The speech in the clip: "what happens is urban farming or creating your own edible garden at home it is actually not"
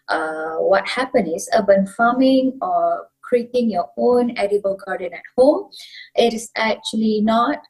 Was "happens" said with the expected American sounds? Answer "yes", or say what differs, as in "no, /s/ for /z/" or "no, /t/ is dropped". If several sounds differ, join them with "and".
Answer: no, /z/ is dropped